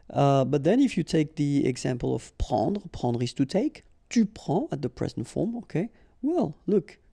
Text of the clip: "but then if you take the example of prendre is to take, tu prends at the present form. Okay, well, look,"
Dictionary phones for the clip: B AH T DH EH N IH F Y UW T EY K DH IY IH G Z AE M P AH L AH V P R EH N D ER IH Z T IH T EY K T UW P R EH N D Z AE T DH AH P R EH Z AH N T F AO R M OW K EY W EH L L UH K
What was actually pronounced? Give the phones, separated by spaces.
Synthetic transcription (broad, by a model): B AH T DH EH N IH F Y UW T EY K DH IY IH G Z AE M P AH L AH V P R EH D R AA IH S T IH T EY K T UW P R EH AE T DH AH P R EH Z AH N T F AO R M OW K EY W EH L L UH K